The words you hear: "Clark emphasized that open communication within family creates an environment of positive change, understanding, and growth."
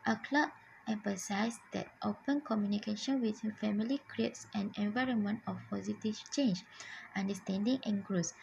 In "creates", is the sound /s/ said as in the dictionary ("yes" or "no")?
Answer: yes